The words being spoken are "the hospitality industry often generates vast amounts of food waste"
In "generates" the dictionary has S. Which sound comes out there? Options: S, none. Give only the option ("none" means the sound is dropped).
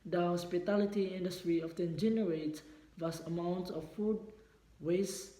none